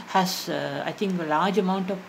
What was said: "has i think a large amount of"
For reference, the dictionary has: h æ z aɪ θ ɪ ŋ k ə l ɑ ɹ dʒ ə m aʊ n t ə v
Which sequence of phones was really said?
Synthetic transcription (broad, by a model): h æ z aɪ t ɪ ŋ k ə l ɑ ɹ dʒ ə m aʊ n t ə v